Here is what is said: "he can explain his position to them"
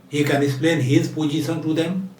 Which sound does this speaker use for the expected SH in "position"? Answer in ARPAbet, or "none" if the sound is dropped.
S